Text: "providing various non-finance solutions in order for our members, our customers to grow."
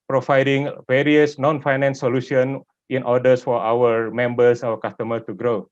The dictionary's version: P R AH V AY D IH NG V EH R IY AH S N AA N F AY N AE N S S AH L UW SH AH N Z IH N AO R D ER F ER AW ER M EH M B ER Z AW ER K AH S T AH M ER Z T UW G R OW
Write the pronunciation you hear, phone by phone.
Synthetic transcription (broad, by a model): P R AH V AY D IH NG V EH R IY AH S N AA N F AY N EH N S S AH L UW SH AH N IH N AO D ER F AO AW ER M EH M B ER S AW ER K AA S T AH M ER T UW G R OW